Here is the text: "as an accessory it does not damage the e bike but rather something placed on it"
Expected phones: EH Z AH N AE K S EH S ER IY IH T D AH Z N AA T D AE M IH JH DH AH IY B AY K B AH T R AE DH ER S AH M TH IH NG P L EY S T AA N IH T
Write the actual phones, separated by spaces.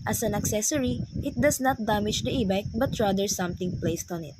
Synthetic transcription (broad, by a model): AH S AH N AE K S EH S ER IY IH T D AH S N AA T D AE M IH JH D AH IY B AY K B AH T R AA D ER S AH M T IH NG P L EY S T AA N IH T